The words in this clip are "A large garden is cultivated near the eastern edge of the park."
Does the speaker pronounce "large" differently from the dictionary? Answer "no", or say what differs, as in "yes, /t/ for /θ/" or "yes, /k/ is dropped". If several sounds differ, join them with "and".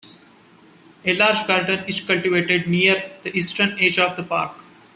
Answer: no